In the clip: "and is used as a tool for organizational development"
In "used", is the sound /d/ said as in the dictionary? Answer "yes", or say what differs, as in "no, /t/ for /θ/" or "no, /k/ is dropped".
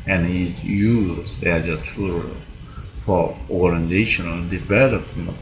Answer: no, /d/ is dropped